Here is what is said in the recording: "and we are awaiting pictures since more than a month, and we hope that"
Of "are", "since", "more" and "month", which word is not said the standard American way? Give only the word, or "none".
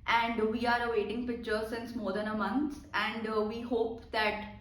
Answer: month